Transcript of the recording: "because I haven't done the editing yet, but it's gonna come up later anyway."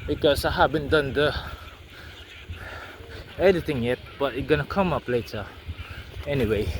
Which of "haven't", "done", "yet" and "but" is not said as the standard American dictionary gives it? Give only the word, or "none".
haven't